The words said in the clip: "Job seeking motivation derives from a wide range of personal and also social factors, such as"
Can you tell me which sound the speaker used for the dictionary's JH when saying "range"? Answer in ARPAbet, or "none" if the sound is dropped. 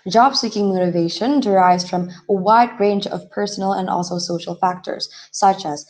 JH